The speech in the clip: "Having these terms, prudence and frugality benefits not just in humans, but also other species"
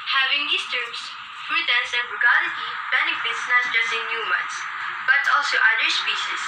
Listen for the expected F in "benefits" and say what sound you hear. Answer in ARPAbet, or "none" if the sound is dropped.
F